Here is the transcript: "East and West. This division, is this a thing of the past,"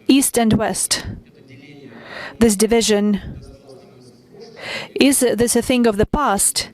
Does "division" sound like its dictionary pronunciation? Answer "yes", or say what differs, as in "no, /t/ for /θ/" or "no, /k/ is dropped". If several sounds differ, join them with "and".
yes